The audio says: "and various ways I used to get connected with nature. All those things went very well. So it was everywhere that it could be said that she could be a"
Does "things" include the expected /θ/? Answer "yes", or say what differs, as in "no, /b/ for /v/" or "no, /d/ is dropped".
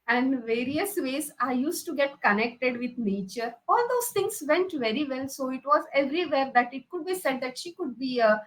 no, /t/ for /θ/